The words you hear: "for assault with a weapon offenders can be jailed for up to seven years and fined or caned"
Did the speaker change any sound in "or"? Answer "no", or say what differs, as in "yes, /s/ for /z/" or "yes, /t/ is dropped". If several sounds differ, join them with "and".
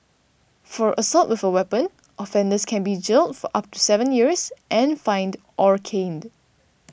no